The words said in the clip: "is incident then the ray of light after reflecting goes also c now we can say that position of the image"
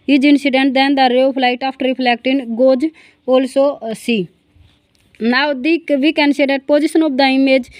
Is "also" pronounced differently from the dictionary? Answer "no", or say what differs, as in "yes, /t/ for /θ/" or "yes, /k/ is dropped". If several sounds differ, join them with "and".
no